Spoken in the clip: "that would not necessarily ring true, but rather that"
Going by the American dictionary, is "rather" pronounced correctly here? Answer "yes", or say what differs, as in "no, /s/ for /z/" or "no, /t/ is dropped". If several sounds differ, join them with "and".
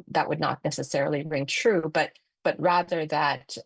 yes